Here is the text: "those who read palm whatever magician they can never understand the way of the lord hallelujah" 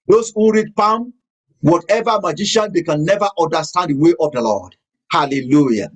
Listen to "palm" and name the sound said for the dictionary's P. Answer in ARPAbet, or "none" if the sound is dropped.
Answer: P